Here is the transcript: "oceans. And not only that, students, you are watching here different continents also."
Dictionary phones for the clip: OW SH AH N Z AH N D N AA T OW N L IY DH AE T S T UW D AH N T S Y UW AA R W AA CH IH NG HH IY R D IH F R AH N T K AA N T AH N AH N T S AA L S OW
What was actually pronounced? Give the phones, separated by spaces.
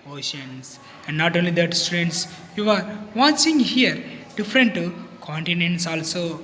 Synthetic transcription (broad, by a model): OW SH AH N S AH N D N AA T OW N L IY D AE T S T UW D AH N T S Y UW AA R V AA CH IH NG HH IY R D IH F R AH N T K AA N T AH N AH N T S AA L S OW